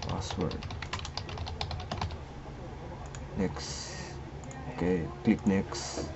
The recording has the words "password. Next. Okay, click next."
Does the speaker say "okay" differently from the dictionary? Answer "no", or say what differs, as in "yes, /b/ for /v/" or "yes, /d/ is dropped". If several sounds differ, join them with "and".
no